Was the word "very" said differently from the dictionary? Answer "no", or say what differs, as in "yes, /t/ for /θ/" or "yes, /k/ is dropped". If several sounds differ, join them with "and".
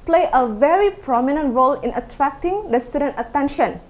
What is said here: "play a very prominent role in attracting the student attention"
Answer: no